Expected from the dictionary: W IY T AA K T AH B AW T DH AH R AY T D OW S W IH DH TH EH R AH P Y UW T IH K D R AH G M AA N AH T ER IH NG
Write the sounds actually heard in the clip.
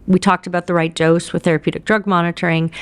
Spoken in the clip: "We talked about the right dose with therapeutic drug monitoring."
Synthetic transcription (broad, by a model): W IY T AA K T AH B AW T DH AH R AY T D OW S W IH DH TH EH R AH P Y UW T IH K D R AH G M AA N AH T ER IH NG